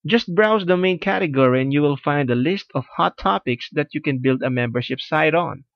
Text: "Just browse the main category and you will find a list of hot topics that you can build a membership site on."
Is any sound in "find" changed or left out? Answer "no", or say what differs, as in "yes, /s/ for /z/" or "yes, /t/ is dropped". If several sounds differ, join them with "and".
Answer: no